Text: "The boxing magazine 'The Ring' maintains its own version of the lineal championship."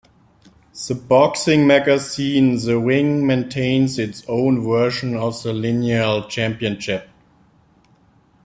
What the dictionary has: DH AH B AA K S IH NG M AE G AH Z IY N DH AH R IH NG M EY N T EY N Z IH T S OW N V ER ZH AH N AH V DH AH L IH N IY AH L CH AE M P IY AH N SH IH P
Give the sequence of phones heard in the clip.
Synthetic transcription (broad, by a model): DH AH B AA K S IH NG M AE G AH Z IY N DH AH W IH NG M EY N T EY N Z IH T S OW N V ER SH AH N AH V DH AH L IH N IY AH L CH AE M P IY AH N SH IH P